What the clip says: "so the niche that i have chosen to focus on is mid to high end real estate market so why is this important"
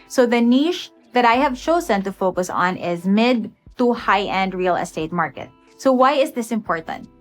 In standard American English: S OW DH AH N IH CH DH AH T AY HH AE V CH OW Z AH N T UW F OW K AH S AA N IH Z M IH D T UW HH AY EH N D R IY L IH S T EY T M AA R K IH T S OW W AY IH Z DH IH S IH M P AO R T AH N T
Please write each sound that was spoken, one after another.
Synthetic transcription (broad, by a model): S OW DH AH N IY SH DH AH T AY HH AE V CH OW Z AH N T UW F OW K AH S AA N IH Z M IH D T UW HH AY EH N D R IY L IH S T EY T M AA R K IH T S OW W AY IH Z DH IH S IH M P AO R T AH N T